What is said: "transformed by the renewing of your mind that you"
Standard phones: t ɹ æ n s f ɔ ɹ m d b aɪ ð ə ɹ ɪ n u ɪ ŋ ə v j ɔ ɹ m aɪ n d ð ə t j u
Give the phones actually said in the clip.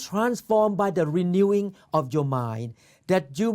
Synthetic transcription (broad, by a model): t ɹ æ n s f ɔ m b aɪ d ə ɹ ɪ n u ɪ ŋ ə f j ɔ m aɪ n d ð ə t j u